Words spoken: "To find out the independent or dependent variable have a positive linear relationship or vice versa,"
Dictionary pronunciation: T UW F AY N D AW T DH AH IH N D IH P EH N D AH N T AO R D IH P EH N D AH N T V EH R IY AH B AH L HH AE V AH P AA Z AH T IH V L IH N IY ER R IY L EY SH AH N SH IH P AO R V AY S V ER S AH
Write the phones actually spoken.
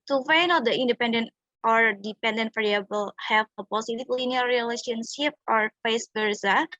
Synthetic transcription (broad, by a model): T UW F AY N AW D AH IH N D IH P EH N D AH N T AO R D IH P EH N D AH N T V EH R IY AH B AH L HH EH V AH P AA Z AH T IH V L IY N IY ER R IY L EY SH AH N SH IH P AO R F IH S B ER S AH